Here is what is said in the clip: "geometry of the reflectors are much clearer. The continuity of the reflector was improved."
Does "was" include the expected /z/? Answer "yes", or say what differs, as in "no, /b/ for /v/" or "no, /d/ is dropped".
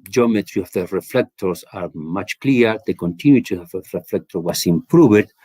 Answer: no, /s/ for /z/